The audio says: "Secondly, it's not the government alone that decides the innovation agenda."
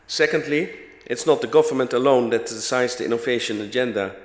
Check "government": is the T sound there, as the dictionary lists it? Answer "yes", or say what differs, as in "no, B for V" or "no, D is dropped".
yes